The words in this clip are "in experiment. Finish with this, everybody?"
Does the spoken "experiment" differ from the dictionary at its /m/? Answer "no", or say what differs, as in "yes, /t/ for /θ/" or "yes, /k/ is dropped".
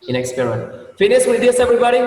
yes, /m/ is dropped